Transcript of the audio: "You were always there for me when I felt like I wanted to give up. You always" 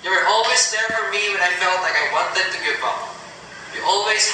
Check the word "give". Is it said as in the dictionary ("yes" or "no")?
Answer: no